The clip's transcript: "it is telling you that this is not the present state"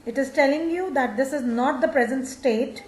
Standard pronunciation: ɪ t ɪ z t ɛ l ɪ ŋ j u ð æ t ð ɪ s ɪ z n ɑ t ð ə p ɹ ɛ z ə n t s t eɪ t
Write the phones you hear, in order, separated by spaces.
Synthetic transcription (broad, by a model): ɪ t ɪ z t ɛ l ɪ ŋ j u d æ t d ɪ s ɪ z n ɑ t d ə p ɹ ɛ z ə n t s t eɪ t